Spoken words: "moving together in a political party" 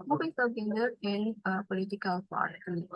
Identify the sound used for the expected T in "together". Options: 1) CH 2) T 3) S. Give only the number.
3